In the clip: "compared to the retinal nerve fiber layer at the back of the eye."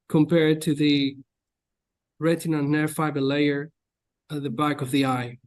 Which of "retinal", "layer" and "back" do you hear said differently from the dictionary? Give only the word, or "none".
retinal